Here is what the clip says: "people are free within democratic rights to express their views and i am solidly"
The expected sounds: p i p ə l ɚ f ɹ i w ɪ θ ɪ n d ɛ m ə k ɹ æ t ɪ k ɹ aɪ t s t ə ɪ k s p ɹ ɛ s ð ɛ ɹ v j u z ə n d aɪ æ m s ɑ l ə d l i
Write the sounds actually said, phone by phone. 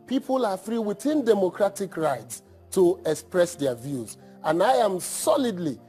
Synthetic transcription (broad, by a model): p i p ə l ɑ f ɹ i w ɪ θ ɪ n d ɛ m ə k ɹ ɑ t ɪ k ɹ aɪ t s t ə ɪ k s p ɹ ɛ s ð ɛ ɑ v j u z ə n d aɪ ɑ m s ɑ l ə d l i